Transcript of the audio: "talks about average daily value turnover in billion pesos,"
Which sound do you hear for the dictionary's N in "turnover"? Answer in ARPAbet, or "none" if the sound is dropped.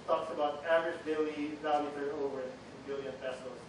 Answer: none